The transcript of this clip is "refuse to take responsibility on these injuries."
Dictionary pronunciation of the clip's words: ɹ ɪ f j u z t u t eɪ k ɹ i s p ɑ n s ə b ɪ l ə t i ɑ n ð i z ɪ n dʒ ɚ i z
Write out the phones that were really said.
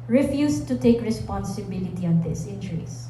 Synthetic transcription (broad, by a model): ɹ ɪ f j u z t u t eɪ k ɹ i s p ɑ n s ə b ɪ l ə t i ɑ n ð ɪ s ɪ n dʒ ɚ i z